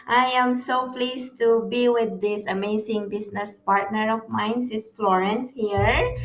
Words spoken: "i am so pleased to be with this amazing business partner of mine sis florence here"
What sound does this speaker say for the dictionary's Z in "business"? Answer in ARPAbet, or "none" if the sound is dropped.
S